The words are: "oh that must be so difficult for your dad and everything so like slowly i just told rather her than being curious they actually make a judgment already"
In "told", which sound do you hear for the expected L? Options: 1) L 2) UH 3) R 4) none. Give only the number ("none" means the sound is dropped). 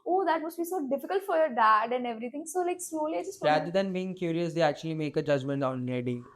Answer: 4